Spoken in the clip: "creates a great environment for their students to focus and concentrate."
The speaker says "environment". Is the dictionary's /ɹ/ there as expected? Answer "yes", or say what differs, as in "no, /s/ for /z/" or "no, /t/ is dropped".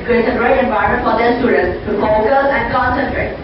no, /ɹ/ is dropped